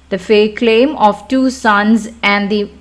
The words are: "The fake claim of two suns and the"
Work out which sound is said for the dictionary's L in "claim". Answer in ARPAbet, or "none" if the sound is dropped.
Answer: L